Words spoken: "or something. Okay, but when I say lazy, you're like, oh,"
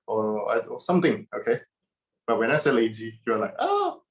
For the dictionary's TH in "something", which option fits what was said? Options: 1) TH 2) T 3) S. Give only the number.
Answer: 2